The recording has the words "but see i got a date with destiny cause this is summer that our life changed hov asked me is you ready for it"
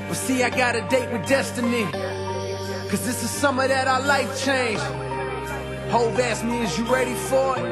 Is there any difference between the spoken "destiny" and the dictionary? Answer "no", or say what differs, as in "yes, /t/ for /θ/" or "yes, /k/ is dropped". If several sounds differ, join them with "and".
no